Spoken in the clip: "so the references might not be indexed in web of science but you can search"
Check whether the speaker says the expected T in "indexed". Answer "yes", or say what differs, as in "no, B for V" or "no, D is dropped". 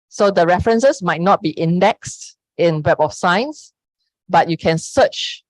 yes